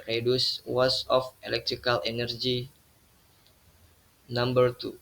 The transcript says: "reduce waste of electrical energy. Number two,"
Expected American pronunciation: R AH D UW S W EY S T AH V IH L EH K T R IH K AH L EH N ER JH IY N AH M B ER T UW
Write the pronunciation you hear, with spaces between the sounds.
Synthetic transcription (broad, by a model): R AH D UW S W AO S AH F IH L EH K T R IH K AH L EH N ER JH IY N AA M B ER T UW